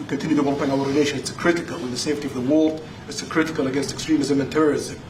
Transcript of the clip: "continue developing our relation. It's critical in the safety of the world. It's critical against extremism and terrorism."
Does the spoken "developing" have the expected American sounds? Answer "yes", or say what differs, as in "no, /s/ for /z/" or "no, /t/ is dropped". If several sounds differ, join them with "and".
no, /v/ is dropped and /p/ is dropped